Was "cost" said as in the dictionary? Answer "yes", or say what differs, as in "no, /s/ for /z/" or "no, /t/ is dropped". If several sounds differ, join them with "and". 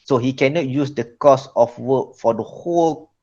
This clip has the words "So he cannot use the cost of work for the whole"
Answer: no, /t/ is dropped